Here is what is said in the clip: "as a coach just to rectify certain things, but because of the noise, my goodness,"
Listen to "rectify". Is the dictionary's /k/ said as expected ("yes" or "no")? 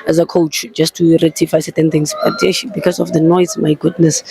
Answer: no